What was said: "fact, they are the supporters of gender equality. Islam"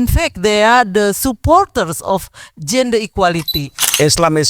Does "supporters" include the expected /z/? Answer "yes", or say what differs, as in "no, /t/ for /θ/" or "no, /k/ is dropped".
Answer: no, /s/ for /z/